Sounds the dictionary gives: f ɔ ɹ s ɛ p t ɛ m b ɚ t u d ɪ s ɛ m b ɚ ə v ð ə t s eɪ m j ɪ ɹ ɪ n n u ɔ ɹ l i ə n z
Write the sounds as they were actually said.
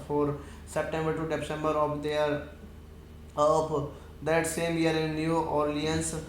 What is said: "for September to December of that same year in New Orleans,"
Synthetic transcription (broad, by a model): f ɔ ɹ s ɛ p t ɛ m b ɚ t u d ɪ s ɛ m b ɚ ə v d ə t s eɪ m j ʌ ɹ ɪ n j u ɔ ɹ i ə n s